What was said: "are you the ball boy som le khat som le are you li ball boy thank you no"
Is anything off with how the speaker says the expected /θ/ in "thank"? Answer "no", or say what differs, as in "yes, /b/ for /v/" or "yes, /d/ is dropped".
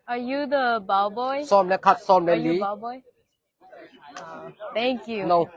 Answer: yes, /t/ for /θ/